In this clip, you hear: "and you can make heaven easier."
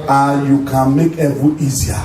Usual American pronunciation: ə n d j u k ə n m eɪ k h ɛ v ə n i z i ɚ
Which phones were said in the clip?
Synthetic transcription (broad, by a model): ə j u k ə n m eɪ k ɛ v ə i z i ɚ